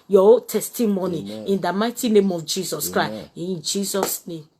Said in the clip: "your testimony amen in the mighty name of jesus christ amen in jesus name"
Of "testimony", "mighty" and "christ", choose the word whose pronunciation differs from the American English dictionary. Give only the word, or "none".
christ